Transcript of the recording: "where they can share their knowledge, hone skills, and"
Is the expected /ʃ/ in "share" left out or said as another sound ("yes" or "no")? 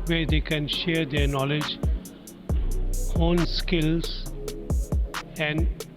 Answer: no